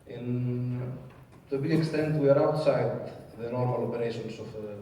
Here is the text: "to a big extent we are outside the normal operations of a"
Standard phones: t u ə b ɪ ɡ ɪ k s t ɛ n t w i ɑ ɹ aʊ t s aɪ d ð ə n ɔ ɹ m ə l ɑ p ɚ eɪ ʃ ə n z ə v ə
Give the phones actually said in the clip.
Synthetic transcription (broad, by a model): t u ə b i ɪ k s t ɛ n t w i ɑ ɹ aʊ t s aɪ d ð ə n ɔ ɹ m ə l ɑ p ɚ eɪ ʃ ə n s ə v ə